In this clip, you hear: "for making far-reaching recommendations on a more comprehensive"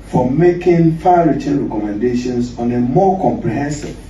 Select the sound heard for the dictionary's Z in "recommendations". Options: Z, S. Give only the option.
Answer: S